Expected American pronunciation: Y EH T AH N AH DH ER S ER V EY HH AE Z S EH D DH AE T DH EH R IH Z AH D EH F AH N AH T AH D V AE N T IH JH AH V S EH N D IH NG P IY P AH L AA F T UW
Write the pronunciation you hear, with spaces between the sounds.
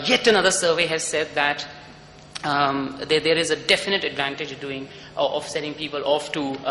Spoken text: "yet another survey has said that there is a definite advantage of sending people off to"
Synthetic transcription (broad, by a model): Y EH T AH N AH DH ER S ER V EY HH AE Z S EH D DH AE T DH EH R IH Z AH D EH F AH N AH T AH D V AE N T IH JH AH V S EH D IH NG P IY P AH L AA F T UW